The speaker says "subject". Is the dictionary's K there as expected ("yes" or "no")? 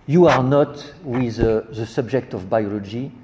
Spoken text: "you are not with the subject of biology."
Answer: yes